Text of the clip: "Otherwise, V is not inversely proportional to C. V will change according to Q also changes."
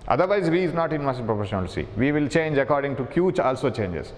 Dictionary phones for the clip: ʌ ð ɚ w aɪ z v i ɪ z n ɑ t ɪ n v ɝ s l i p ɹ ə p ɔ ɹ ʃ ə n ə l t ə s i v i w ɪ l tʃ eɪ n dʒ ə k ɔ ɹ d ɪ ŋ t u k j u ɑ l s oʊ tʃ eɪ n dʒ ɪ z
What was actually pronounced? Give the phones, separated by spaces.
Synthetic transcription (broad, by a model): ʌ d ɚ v aɪ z v i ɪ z n ɑ t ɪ n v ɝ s i p ɹ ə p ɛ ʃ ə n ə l s i v i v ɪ l tʃ eɪ n dʒ ə k ɔ ɹ d ɪ ŋ t u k j u ɑ l s oʊ tʃ eɪ n dʒ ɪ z